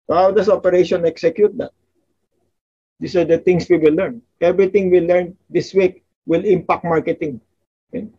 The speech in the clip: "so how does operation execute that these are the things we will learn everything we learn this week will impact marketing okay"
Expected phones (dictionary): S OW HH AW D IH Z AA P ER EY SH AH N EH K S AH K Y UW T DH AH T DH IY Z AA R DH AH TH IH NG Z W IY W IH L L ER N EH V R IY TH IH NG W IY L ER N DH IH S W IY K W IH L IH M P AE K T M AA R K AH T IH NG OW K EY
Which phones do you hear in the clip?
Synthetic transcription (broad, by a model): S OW HH AW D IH S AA P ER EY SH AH N EH K S AH K Y UW T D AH T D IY S AA R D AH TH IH NG S W IY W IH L L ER N EH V R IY T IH NG W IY L ER N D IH S W IY K W IH L IH M P AE K T M AA R K AH T IH NG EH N